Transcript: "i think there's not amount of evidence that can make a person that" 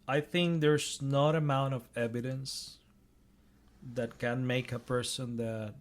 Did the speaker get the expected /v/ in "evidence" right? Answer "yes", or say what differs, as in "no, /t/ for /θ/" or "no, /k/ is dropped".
yes